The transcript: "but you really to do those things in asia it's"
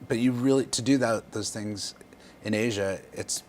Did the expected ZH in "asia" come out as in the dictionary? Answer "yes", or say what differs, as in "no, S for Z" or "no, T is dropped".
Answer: yes